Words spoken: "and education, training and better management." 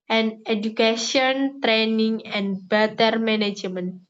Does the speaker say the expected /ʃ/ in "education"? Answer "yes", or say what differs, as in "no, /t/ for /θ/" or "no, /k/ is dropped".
no, /ʃ/ is dropped